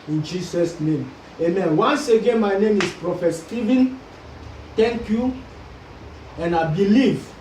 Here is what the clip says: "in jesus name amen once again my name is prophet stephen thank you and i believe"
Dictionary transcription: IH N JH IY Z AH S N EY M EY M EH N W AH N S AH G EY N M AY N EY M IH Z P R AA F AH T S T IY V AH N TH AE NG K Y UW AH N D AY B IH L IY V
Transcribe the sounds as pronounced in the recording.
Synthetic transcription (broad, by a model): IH N JH IY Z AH S N EY M EY M EH N W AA N S AH G EY N M AY N EY M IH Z P R AA F AH T S T IY V AH N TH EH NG K Y UW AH N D AY B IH L IY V